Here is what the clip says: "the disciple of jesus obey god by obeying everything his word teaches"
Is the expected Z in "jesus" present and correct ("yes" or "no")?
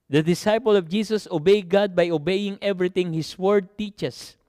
no